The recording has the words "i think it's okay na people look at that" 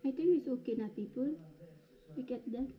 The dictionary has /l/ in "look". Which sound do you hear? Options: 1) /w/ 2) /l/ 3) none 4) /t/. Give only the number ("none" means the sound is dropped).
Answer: 1